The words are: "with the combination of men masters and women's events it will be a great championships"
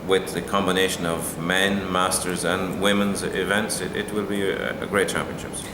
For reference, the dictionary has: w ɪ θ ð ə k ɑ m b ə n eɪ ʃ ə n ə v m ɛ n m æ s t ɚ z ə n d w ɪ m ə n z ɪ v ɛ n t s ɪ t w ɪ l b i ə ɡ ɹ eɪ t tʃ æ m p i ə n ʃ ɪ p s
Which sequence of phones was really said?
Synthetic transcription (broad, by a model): w ɪ ð ə k ɑ m b ə n eɪ ʃ ə n ə v m ɛ n m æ s t ɚ z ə n w ɪ m ə n z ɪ v ɛ n t s ɪ t w ɪ l b i ə ɡ ɹ eɪ t tʃ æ m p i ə n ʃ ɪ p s